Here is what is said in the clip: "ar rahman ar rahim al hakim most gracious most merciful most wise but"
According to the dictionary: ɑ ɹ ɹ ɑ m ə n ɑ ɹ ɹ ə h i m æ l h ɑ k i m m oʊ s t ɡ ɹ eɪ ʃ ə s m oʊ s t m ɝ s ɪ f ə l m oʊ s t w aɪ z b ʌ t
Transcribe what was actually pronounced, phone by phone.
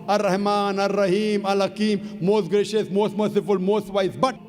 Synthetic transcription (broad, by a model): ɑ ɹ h m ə n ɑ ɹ ɹ ə h i m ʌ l h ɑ k i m m oʊ s t ɡ ɹ eɪ ʃ ə s m oʊ s t m ɝ s ɪ f ə l m oʊ s t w aɪ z b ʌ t